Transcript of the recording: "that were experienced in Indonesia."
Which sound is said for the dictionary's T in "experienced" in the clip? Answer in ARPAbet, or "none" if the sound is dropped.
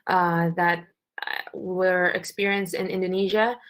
T